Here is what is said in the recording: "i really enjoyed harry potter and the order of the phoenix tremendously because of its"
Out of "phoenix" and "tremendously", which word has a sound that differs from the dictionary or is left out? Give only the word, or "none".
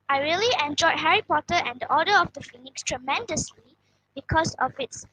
none